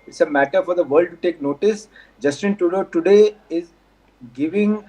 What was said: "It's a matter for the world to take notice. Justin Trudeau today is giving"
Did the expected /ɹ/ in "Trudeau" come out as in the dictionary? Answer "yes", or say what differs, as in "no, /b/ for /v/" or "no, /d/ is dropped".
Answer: no, /ɹ/ is dropped